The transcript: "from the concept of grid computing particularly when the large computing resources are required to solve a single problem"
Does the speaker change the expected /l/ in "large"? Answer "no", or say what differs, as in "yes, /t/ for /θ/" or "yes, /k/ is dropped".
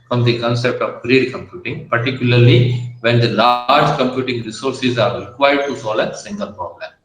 no